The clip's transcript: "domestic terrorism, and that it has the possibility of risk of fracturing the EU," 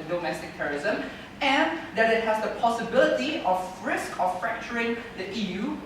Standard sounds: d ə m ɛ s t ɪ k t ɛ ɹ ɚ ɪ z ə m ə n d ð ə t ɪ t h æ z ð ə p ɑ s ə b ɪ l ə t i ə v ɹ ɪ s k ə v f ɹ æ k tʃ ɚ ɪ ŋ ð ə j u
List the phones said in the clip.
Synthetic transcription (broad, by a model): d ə m ɛ s t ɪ k t ɛ ɹ ɚ ɪ z ə m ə n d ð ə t ɪ t h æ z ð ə p ɑ s ə b ɪ l ə t i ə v ɹ ɪ s k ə f f ɹ æ k tʃ ɚ ɪ ŋ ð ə j u